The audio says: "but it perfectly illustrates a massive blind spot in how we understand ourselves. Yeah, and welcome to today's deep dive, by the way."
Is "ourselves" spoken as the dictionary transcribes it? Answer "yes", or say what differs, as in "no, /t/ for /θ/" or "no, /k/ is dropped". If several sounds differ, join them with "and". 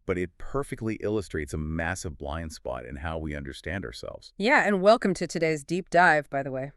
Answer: yes